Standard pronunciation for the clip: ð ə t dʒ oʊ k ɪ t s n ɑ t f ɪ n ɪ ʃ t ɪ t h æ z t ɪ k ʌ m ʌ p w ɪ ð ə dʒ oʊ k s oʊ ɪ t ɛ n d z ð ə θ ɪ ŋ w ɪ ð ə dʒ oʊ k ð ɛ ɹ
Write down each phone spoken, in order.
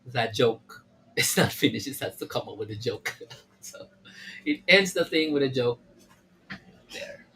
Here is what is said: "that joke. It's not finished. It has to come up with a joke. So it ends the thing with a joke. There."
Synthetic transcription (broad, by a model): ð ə t dʒ oʊ k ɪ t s n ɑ t f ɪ n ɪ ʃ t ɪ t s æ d t ɪ k ʌ m ʌ p w ɪ ð ə dʒ oʊ k s oʊ ɪ t ɛ n d z ð ə θ ɪ ŋ w ɪ ð ə dʒ oʊ k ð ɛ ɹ